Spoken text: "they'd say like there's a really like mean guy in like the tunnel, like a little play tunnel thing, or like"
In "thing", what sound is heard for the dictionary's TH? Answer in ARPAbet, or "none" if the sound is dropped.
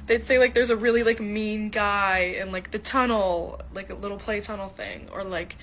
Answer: TH